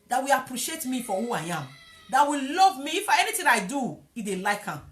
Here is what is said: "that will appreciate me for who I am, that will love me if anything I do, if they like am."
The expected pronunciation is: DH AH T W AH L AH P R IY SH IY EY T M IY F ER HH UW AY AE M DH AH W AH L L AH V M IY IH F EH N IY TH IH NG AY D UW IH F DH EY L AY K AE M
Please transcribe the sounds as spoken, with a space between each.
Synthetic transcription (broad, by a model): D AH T W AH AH P R IY SH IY EY T M IY F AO HH UW AY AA M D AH W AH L L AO V M IY F EH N IY T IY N AY D UW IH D EY L AY K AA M